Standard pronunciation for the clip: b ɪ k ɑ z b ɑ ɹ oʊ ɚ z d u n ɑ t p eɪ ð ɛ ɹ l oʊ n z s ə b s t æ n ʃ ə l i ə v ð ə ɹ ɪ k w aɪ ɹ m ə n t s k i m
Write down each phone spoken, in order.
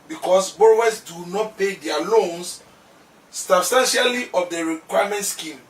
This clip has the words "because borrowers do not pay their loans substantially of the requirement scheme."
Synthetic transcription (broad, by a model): b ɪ k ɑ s b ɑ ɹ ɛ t s d u n ɑ t p eɪ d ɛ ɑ l oʊ n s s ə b s t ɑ n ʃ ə l i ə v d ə ɹ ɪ k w aɪ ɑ m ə n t s k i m